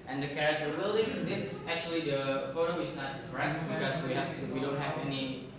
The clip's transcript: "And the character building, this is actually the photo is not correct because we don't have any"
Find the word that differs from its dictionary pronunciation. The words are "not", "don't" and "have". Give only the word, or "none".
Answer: have